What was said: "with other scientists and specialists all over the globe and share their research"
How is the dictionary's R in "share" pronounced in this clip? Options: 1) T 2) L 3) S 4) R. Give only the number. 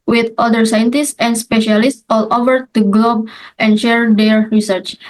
4